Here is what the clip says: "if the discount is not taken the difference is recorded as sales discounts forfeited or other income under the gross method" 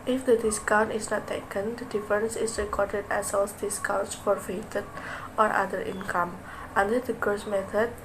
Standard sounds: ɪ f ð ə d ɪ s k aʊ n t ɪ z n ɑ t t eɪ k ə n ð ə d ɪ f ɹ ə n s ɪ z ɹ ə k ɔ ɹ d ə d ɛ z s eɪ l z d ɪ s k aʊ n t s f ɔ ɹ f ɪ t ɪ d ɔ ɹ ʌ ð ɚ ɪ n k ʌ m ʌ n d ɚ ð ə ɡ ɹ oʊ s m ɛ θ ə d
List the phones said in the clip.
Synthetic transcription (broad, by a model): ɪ f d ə d ɪ s k aʊ n t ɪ s n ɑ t t eɪ k ə n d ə d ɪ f ɹ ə n s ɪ s ɹ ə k ɔ ɹ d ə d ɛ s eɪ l s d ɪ s k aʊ n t s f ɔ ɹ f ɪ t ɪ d ɔ ɹ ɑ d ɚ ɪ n k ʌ m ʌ n d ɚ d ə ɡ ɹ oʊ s m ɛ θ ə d